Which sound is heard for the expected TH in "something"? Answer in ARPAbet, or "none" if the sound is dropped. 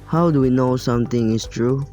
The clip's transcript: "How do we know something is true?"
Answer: T